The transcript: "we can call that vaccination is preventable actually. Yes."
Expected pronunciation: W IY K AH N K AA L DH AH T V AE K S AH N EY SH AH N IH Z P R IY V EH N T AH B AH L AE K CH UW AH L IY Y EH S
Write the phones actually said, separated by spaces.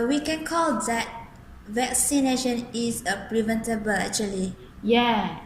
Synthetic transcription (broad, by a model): W IY K AH N K AA L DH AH T V AE K S AH N EY SH AH N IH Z P R IY V EH N T AH B AH L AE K CH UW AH L IY Y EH